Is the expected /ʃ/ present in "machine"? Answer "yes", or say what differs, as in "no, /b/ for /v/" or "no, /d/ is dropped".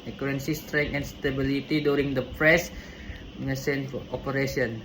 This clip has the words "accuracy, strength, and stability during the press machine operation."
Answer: no, /s/ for /ʃ/